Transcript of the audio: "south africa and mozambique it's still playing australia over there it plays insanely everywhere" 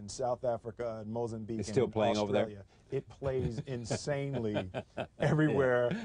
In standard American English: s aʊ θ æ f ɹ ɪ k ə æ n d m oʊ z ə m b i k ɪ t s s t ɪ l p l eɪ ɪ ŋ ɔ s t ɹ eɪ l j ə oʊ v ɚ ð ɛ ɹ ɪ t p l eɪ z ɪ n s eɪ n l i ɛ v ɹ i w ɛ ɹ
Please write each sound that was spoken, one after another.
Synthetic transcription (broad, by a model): s aʊ θ æ f ɹ ɪ k ə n m oʊ z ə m b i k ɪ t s s t ɪ l p l eɪ ɪ ŋ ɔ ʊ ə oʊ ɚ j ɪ ɪ t p l eɪ z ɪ n s eɪ n l i ɛ v ɹ i w ɛ ɹ